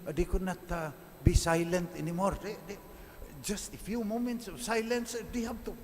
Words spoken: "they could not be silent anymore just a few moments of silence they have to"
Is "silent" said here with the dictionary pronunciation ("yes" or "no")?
yes